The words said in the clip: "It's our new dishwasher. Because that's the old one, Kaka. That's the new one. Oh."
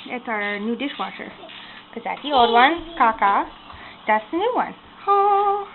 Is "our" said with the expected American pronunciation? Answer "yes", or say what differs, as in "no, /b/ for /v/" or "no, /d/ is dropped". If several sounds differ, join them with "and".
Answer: yes